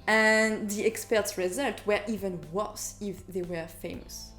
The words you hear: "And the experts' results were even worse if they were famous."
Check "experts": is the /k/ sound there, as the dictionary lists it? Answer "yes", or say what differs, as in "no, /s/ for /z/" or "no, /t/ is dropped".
yes